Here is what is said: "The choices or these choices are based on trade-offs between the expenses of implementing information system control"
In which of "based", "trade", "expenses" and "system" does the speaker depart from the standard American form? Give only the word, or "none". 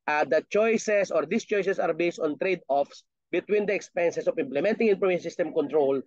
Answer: expenses